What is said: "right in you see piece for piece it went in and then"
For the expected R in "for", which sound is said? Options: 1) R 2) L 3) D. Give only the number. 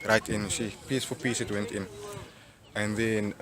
2